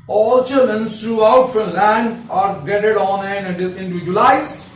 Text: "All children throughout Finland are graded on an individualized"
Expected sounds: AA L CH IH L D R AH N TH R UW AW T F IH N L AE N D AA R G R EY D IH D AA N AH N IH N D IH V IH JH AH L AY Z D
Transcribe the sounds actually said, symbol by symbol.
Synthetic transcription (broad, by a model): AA L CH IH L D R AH N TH R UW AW T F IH L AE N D AA R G EY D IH D AA N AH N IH N D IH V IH JH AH L AY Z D